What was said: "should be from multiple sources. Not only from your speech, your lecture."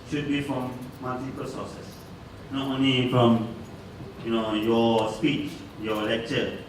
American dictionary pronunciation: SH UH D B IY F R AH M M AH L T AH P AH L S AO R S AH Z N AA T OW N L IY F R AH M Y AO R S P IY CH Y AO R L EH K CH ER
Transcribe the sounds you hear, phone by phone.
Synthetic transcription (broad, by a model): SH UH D B IY F R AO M M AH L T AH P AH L S AO S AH S N AA T OW N L IY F R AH M Y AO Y S P IY CH Y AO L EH K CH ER